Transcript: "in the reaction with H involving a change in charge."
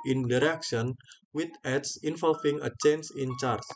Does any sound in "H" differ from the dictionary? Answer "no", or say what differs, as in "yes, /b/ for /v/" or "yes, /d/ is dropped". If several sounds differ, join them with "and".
yes, /s/ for /tʃ/